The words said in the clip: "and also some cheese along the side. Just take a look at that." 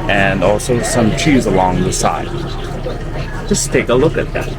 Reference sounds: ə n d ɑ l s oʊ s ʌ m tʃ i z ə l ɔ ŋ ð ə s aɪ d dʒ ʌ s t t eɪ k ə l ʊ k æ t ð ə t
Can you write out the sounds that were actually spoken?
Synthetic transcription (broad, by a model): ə n ɑ l s oʊ s ʌ m tʃ i z ə l ɔ ŋ ð ə s aɪ d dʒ ʌ s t t eɪ k ə l ʊ k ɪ t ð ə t